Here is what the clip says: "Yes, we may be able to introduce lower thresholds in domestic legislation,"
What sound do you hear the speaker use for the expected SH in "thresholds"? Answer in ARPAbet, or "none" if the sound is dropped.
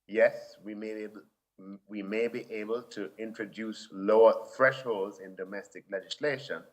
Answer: SH